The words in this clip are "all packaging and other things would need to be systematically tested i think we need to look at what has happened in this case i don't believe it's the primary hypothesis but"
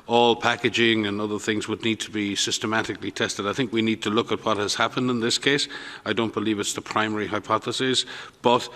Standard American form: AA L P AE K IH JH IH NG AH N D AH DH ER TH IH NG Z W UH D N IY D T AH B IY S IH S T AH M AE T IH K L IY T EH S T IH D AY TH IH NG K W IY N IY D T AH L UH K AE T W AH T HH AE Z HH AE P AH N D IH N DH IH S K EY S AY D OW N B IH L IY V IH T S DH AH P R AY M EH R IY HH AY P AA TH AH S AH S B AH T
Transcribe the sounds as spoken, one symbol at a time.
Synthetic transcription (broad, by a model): AA L P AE K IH JH IH NG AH N AH DH ER TH IH NG Z W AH D N IY D T AH B IY S IH S T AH M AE T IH K L IY T EH S T IH D AY TH IH NG K W IY N IY D T AH L UH K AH T W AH T HH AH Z HH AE P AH N D IH N DH IH S K EY S AY D OW N B IH L IY V IH T S DH AH P R AY M EH R IY HH AY P AA TH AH S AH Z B AH T